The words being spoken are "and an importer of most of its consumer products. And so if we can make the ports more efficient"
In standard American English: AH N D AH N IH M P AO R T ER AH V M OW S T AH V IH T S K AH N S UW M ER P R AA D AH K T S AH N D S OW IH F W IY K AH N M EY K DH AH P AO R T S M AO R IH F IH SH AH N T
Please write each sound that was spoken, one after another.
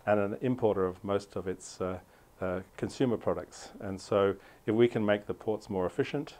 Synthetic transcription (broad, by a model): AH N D AH N IH M P AO R T ER AH V M OW S T AH V IH T S K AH N S UW M ER P R AA D AH K T S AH N S OW IH F W IY K AH N M EY K DH AH P AO R T S M AO R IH F IH SH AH N T